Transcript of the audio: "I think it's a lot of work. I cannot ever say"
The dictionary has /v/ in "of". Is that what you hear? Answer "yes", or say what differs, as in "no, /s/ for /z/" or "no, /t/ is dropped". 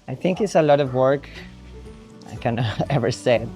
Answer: yes